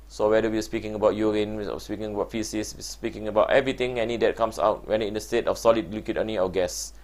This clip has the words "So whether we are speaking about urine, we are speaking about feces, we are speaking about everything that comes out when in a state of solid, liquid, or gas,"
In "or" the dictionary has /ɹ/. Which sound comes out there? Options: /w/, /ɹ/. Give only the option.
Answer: /w/